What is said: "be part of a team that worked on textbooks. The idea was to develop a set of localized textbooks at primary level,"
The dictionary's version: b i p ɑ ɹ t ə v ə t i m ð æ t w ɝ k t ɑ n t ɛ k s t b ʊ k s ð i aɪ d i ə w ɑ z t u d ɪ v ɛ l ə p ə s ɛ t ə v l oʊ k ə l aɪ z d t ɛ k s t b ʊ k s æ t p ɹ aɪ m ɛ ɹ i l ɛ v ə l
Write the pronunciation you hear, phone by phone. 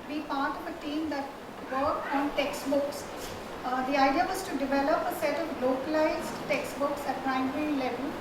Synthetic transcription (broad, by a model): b i p ɑ ɹ t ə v ə t i m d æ t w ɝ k ɑ n t ɛ k s t b ʊ k s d i aɪ d i ə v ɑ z t u d ɪ v ɛ l ə p ə s ɛ t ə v l oʊ k ə l aɪ z d t ɛ k s t b ʊ k s æ t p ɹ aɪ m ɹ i l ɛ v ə l